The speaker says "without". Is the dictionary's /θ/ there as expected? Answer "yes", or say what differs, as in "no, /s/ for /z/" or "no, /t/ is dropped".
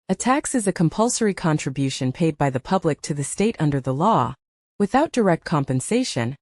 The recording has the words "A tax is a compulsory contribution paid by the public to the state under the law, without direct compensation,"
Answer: yes